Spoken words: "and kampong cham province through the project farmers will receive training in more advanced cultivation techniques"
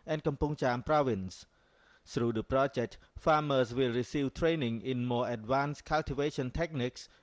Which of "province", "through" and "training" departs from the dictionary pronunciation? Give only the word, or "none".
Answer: through